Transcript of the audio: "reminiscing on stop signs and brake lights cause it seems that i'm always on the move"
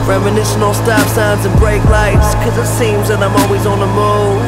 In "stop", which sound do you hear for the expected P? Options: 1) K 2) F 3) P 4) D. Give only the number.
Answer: 2